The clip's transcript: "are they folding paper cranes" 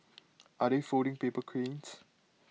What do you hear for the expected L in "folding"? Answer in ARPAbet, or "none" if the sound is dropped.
none